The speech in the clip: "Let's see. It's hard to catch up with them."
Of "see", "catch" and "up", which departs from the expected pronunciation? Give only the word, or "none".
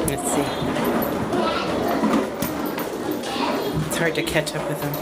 none